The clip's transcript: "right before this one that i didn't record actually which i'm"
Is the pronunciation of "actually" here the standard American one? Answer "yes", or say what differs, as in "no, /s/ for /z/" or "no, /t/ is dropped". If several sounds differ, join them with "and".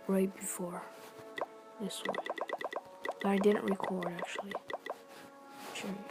no, /l/ is dropped